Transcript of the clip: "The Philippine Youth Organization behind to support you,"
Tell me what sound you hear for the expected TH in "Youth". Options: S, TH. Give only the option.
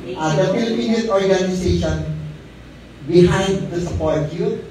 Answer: S